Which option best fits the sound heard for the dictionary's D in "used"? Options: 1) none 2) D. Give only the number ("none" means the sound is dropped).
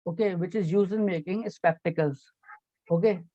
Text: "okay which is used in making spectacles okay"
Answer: 1